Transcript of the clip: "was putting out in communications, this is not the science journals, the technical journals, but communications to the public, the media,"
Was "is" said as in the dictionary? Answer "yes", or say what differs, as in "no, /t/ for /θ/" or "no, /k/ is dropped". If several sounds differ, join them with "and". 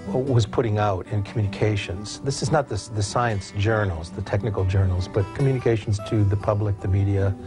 yes